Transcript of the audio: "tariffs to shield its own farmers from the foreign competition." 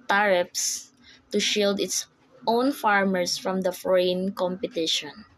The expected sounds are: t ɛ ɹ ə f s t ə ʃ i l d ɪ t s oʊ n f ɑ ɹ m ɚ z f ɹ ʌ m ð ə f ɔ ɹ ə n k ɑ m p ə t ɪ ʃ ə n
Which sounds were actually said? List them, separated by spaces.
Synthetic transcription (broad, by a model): t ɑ ɹ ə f s t ə ʃ i l d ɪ t s oʊ n f ɑ ɹ m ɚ s f ɹ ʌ m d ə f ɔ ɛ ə n k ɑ m p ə t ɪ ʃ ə n